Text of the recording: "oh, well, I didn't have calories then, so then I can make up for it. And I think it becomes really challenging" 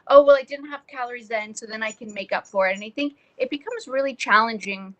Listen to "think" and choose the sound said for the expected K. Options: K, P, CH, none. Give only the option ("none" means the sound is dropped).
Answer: K